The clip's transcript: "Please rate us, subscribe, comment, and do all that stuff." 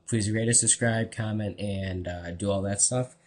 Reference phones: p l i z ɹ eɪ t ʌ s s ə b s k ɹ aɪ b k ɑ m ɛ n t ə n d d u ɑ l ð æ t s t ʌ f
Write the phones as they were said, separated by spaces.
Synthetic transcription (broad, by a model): p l i z ɹ eɪ t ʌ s s ə b s k ɹ aɪ b k ɑ m ɛ n t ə n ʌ d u ɑ l ð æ t s t ʌ f